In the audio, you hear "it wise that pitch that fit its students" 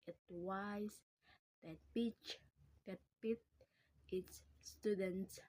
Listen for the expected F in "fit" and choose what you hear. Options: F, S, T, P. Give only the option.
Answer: P